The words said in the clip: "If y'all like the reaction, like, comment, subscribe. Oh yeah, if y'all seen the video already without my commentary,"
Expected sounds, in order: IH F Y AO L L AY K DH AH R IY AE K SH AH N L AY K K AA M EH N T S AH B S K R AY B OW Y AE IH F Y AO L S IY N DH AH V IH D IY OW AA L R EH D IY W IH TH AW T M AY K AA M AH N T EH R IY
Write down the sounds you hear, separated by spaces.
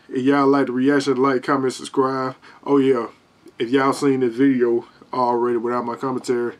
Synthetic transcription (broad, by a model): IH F Y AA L L AY K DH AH R IY AE K SH AH N L AY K K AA M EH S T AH S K R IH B OW Y AE IH F Y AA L S IY N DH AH V IH D IY OW AA L R EH D IY W IH TH AW T M AY K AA M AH N T EH R IY